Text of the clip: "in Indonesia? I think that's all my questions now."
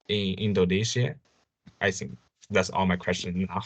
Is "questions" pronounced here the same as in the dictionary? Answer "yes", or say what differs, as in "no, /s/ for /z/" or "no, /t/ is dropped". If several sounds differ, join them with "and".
no, /z/ is dropped